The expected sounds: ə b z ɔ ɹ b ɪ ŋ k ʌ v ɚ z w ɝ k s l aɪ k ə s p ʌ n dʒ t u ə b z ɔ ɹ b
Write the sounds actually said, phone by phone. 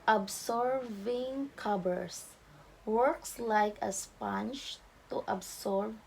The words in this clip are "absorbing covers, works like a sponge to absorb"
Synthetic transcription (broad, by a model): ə b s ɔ ɹ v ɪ ŋ k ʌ b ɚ s w ɝ k s l aɪ k ə s p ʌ n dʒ t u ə b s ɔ ɹ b